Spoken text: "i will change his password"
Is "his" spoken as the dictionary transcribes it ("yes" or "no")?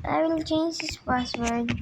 no